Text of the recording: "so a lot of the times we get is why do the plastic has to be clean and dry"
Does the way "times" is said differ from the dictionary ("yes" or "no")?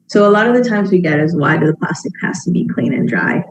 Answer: no